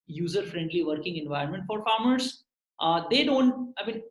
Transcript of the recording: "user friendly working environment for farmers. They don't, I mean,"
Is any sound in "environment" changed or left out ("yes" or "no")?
no